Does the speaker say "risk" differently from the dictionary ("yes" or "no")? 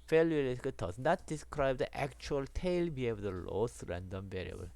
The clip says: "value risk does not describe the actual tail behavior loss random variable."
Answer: yes